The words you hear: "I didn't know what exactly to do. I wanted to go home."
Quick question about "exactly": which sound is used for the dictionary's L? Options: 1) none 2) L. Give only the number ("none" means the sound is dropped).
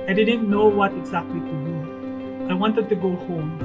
2